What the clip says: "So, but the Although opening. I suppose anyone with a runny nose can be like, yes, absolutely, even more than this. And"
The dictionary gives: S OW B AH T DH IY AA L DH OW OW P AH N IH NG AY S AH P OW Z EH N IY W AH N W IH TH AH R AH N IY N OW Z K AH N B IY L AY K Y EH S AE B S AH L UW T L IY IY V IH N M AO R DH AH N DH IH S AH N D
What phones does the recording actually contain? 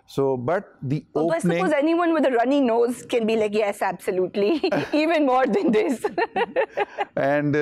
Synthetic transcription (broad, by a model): S OW B AH T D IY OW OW AH IH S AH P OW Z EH N IY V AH N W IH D AH R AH N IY N OW Z K AH N B IY L AY K Y EH S AE B S AH L UW T L IY IY V IH N M AO R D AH N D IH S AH N D